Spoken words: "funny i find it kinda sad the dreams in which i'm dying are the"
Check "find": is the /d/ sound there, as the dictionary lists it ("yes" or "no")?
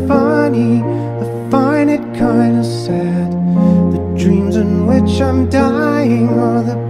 no